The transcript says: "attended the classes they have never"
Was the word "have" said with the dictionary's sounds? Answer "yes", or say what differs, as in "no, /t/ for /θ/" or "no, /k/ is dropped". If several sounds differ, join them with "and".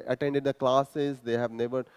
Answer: yes